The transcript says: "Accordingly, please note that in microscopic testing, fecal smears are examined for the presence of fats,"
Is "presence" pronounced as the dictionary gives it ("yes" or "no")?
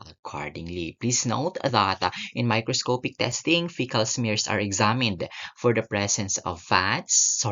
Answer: no